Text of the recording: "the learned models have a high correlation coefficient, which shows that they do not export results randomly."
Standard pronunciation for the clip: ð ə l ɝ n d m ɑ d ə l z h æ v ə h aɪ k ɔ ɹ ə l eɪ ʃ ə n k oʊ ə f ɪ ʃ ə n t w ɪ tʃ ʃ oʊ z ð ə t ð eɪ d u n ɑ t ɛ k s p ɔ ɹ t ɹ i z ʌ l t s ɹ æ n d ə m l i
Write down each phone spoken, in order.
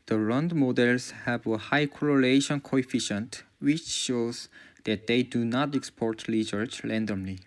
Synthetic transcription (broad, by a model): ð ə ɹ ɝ n d m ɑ d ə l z h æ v ə h aɪ k ɔ ɹ ə l eɪ ʃ ə n k oʊ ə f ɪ ʃ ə n t w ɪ tʃ ʃ oʊ z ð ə t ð eɪ d u n ɑ t ɛ k s p ɔ ɹ t l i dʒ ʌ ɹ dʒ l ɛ n d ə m l i